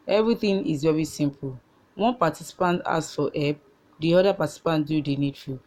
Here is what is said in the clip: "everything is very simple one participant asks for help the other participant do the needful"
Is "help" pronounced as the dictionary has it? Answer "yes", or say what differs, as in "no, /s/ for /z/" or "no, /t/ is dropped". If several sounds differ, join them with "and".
no, /l/ is dropped